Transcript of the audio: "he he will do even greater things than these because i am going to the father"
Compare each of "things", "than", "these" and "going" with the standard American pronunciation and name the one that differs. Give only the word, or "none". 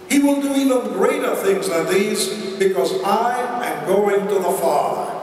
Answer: none